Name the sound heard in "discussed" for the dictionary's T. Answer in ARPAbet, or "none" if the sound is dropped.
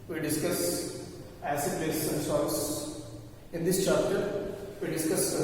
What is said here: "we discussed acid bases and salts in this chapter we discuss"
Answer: none